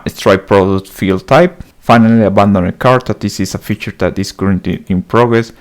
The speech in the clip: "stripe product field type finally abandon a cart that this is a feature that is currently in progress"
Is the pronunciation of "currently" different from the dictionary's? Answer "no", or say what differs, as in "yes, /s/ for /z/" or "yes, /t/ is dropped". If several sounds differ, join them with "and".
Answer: yes, /l/ is dropped